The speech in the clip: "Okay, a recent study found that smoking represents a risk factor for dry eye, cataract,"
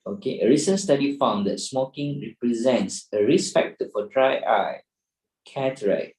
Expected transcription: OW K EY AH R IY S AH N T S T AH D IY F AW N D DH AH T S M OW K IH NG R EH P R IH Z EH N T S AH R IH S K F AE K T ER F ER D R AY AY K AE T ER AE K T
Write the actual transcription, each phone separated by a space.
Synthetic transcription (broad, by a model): OW K EY AH R IY S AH N S T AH D IY F AW N D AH T S M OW K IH NG R EH P R IH Z EH N T S AH R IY S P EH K T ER F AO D R AY AY K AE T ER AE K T